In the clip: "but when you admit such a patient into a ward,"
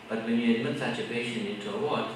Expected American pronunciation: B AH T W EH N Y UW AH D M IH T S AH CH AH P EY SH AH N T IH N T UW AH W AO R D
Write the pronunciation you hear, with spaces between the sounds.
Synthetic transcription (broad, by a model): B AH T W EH N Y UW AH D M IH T S AH CH AH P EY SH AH N IH N T UW AH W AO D